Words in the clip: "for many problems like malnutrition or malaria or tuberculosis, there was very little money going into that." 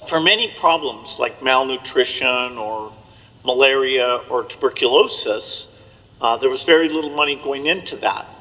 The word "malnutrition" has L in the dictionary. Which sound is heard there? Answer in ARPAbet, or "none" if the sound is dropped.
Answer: L